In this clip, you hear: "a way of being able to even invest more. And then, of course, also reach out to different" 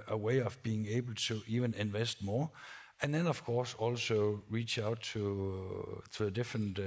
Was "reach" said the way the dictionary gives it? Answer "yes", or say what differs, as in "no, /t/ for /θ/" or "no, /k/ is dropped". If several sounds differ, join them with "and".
yes